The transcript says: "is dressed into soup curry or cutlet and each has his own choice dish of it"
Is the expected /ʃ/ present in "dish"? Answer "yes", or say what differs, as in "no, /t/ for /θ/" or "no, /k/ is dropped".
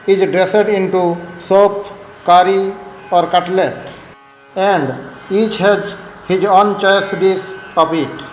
no, /s/ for /ʃ/